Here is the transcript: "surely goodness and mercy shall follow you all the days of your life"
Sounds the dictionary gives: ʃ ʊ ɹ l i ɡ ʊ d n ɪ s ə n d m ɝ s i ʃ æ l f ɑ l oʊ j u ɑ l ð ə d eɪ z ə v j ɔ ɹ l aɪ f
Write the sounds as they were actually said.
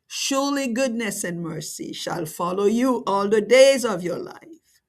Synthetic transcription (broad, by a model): ʃ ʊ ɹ l i ɡ ʊ d n ɪ s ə n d m ɝ s i ʃ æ l f ɑ l oʊ j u ɑ l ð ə d eɪ z ə v j ɔ ɹ l aɪ f